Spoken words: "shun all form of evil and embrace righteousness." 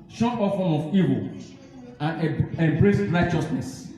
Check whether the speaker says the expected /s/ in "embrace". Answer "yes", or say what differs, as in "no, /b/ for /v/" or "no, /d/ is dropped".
yes